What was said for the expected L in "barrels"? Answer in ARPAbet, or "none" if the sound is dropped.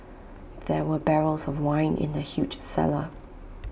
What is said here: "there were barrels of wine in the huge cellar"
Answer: L